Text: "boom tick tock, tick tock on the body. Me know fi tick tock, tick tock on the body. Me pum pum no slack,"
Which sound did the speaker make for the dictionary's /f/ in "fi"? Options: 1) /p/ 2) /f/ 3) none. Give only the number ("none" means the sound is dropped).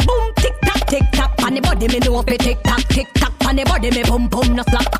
1